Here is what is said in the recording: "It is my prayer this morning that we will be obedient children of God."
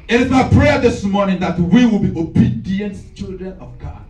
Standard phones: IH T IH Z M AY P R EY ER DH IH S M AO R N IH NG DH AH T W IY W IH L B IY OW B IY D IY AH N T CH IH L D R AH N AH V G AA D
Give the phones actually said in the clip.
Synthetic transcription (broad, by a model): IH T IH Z M AY P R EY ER DH IH S M AO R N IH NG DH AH T W IY W IH L B IY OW B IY D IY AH N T CH IH L D R AH N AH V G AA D